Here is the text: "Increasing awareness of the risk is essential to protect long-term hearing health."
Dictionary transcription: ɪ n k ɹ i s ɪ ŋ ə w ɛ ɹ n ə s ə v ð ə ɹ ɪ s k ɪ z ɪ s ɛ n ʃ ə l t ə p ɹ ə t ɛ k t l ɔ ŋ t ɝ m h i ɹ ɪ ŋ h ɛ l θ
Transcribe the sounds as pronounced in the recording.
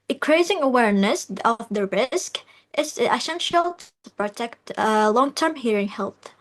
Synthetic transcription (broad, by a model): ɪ k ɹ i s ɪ ŋ ə w ɛ ɹ n ə s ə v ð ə ɹ ɪ s k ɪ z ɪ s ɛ n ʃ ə l t ə p ɹ ə t ɛ k t l ɔ ŋ t ɝ m h i ɹ ɪ ŋ h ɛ l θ